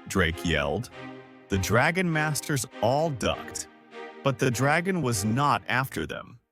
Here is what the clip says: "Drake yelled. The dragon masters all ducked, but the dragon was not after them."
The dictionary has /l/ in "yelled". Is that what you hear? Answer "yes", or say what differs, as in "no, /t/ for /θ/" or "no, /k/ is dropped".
yes